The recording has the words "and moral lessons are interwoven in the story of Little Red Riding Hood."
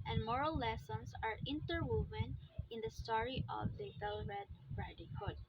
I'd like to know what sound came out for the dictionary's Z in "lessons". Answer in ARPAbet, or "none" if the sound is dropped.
S